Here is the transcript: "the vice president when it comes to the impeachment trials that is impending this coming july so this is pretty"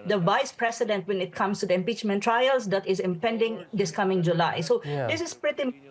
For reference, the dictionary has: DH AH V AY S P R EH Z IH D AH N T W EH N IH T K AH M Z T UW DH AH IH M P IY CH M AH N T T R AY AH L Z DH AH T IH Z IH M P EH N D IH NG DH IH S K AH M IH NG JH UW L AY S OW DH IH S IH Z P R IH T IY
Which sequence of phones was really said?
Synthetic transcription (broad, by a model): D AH V AY S P R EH S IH D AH N T W EH N IH T K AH M S T UW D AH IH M P IY CH M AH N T T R AY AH L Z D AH T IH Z IH M P EH N D IH NG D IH S K AH M IH NG JH UW L AY S OW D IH S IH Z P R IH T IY